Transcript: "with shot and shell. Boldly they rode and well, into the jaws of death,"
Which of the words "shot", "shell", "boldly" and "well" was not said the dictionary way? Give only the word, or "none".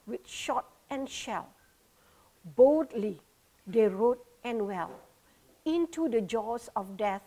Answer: none